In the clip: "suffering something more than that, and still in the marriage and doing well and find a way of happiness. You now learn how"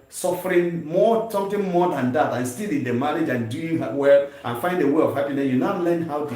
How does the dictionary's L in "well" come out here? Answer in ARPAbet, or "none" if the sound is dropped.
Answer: L